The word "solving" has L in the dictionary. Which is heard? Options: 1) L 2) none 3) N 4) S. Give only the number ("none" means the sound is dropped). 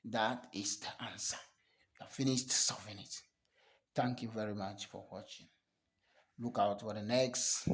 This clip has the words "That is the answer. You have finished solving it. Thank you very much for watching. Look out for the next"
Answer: 2